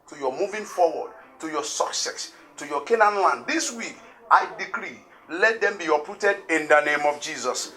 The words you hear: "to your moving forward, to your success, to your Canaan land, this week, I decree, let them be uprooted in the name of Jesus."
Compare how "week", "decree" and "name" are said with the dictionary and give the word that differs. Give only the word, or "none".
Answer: none